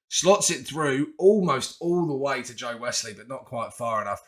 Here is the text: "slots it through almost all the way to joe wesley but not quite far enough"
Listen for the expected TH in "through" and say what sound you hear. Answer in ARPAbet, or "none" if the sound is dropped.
TH